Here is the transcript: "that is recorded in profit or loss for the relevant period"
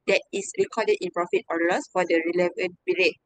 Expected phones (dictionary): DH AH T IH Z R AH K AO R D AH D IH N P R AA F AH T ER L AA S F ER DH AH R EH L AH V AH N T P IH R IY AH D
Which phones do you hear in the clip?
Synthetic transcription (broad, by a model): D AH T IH S R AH K AO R D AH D IH N P R AA F AH T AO L AA S F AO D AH R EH L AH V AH N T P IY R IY